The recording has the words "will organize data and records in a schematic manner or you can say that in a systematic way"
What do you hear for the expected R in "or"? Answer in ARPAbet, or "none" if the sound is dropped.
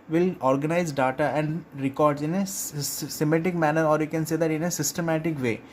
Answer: R